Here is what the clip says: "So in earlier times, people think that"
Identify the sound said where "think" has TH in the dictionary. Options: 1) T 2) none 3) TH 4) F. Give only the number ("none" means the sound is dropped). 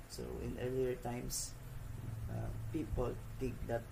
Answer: 1